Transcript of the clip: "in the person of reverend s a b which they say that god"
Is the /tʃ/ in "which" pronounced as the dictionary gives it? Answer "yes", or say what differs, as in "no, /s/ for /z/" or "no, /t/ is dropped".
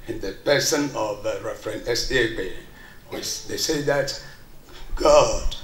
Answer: no, /s/ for /tʃ/